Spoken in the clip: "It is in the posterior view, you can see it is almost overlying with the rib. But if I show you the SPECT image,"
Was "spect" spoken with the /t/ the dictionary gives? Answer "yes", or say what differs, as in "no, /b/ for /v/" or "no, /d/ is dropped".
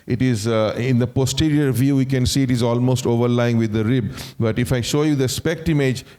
yes